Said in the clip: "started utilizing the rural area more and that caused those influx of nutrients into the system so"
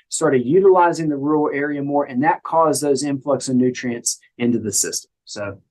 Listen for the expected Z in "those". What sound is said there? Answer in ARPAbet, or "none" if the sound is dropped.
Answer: Z